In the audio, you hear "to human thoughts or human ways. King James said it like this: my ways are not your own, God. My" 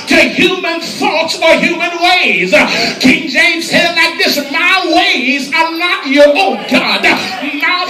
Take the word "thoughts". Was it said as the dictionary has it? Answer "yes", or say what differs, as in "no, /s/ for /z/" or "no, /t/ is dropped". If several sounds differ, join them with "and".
yes